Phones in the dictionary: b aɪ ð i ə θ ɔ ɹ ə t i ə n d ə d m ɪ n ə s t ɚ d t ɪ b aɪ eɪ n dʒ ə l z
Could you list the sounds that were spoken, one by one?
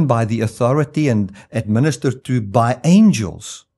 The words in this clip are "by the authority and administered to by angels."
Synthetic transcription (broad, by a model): b aɪ ð i ə θ ɔ ɹ ə t i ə n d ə d m ɪ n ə s t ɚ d t ɪ b aɪ eɪ n dʒ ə l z